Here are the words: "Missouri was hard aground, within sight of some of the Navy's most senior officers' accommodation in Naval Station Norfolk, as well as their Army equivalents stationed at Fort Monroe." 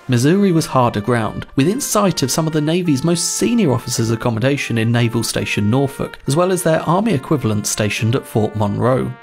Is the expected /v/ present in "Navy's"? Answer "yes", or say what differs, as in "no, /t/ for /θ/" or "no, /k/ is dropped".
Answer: yes